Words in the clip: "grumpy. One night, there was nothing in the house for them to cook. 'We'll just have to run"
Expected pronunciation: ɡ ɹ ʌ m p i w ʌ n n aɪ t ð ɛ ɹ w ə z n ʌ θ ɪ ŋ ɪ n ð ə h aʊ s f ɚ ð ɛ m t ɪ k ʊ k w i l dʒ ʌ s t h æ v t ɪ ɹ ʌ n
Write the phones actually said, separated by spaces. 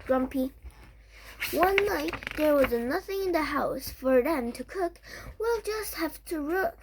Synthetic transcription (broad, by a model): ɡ ɹ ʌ m p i w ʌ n n aɪ t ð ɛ ɹ w ə z n ʌ θ ɪ ŋ ɪ n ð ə h aʊ s f ɚ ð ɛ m t ɪ k ʊ k w i l dʒ ʌ s t h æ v t ɪ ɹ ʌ